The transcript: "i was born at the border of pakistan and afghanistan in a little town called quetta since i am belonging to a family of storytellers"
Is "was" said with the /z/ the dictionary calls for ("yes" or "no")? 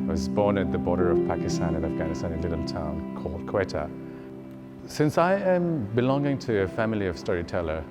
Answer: yes